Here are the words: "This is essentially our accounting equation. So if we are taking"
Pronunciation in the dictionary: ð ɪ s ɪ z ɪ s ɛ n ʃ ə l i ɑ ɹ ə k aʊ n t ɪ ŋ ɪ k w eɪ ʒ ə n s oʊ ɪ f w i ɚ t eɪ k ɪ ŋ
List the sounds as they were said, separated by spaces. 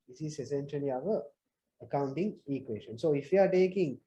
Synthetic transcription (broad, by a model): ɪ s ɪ s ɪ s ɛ n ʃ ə n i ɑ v ə k aʊ n t ɪ ŋ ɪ k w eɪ s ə n s oʊ ɪ f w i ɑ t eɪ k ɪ ŋ